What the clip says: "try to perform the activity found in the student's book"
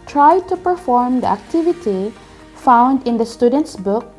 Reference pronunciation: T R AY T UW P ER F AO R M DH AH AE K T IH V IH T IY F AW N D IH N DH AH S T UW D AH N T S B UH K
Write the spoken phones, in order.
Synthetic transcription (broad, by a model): T R AY T UW P ER F AO R M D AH AE K T IH V IH T IY F AW N D IH N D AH S T UW D AH N T S B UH K